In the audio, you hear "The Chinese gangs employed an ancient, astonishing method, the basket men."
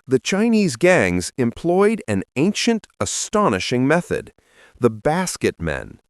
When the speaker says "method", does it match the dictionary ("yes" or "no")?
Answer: yes